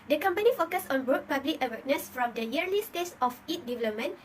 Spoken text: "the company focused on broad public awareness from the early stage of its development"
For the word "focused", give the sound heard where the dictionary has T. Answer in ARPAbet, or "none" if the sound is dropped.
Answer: none